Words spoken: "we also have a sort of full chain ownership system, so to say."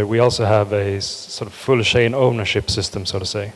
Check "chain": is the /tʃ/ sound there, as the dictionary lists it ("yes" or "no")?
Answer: no